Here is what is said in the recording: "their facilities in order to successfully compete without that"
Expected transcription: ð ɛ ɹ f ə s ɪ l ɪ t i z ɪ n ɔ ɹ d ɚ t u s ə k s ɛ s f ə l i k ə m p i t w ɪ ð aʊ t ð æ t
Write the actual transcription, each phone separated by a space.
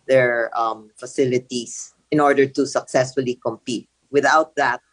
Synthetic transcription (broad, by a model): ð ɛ ɹ f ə s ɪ l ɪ t i s ɪ n ɔ ɹ d ɚ t u s ə k s ɛ s f ə l i k ə m p i t w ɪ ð aʊ t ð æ t